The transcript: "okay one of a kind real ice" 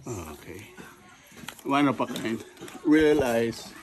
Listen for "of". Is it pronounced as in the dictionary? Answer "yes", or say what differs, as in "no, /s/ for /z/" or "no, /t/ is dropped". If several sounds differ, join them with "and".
no, /p/ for /v/